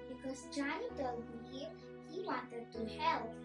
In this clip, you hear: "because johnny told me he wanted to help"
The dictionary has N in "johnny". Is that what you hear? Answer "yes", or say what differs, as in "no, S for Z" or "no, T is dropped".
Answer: no, N is dropped